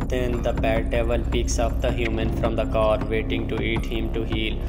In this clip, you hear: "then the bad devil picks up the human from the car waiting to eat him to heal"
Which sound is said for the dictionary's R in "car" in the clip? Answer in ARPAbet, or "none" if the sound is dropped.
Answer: R